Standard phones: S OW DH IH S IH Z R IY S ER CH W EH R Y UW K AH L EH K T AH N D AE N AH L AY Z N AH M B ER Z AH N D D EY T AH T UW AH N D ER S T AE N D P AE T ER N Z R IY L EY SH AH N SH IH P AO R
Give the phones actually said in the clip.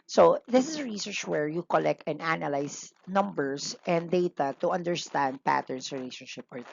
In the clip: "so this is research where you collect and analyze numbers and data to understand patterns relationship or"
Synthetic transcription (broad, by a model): S OW DH IH S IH S R IY S ER CH W EH R Y UW K AH L EH K T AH N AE N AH L AY S N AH M B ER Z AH N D D EY T AH T UW AH N D ER S T AE N D P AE T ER N S R IY L EY SH AH N SH IH P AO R